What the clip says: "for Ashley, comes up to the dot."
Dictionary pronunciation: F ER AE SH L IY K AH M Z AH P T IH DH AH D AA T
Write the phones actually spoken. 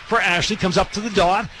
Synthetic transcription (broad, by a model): F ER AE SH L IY K AH M Z AH P T IH DH AH D AA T